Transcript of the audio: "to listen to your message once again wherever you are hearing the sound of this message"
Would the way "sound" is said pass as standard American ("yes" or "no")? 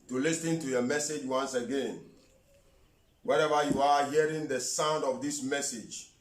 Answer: yes